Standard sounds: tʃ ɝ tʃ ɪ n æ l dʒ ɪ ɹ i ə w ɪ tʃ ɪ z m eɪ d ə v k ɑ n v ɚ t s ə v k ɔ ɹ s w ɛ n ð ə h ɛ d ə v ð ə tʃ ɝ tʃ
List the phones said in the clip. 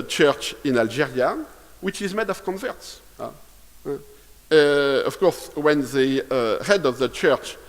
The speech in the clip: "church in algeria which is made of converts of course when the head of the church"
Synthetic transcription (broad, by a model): tʃ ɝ tʃ ɪ n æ l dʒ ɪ ɹ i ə w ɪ tʃ ɪ z m eɪ d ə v k ɑ n v ɚ t s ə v k ɔ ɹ s w ɛ n ð ə h ɛ d ə v ð ə tʃ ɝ tʃ